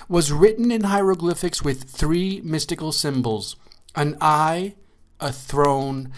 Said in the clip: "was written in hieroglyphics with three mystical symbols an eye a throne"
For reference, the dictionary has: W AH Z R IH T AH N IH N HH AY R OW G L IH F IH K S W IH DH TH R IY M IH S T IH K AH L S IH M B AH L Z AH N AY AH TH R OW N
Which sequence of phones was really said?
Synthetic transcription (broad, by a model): W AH Z R IH T N IH N HH AY R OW G L IH F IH K S W IH DH TH R IY M IH S T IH K L S IH M B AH L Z AH N AY AH TH R OW N